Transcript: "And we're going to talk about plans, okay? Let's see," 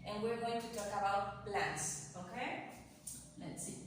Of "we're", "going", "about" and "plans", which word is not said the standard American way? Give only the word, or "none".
plans